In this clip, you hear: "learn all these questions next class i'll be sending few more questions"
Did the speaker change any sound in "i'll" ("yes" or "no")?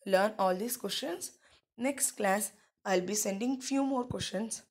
no